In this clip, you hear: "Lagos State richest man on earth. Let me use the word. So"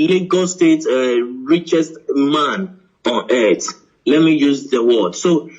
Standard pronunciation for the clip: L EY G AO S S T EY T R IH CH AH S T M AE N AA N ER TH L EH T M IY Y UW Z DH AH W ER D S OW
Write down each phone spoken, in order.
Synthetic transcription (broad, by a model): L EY G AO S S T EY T R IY CH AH S T M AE N AA N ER T L EH T M IY Y UW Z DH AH W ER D S OW